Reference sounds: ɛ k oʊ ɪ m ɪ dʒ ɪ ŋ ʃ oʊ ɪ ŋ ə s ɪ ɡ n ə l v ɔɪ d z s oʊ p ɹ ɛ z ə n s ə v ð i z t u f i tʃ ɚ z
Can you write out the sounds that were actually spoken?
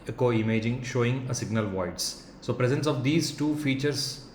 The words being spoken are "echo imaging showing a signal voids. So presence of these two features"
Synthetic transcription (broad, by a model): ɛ k oʊ ɪ m ɪ dʒ ɪ ŋ ʃ oʊ ɪ ŋ ə s ɪ ɡ n ə l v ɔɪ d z s oʊ p ɹ ɛ z ə n s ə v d i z t u f i tʃ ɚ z